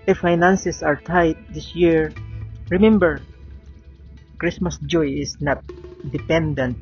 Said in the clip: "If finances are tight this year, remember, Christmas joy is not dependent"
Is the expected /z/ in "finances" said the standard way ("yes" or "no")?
no